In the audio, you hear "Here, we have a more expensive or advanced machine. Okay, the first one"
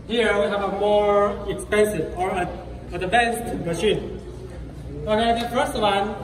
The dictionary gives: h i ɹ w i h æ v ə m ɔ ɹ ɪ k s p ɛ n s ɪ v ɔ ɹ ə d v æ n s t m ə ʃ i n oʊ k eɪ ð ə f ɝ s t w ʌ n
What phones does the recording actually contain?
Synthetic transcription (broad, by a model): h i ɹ w i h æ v ə m ɔ ɹ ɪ k s p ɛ n s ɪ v ɔ ɹ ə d b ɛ s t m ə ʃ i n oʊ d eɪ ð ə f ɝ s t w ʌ n